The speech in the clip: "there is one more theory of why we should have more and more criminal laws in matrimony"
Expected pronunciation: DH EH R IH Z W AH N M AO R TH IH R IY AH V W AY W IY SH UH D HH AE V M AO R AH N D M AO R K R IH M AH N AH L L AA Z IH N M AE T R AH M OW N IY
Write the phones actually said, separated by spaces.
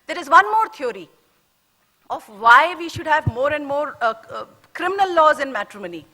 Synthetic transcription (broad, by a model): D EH R IH Z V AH N M AO R T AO R IY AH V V AY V IY SH UH D HH AE V M AO R AH N D M AO R K R IH M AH N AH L L AA Z IH N M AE T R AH M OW N IY